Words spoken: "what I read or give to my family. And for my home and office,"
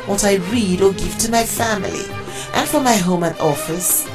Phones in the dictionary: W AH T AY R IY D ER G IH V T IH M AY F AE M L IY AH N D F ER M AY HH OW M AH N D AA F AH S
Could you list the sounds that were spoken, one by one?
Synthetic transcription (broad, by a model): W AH T AY R IY D ER G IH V T IH M AY F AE M L IY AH N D F ER M AY HH OW M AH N AA F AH S